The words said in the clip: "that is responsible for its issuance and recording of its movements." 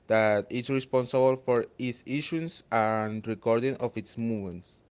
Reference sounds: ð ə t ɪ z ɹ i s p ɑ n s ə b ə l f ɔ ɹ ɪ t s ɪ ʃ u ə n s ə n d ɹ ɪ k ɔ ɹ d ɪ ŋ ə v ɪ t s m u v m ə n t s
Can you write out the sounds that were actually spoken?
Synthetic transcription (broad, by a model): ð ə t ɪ s ɹ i s p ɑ n s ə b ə l f ɔ ɹ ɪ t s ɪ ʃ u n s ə n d ɹ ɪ k ɔ ɹ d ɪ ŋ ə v ɪ t s m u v m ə n t s